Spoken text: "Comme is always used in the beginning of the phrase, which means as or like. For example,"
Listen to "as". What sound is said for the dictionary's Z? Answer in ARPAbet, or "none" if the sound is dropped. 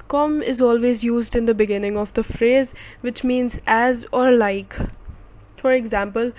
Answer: Z